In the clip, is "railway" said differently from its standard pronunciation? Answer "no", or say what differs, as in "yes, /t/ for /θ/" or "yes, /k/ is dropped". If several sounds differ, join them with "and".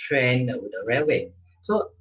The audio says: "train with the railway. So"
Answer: yes, /l/ is dropped